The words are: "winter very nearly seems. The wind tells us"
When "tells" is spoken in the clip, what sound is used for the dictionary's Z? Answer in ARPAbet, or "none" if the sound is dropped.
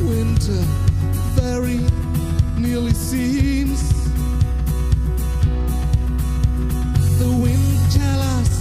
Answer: none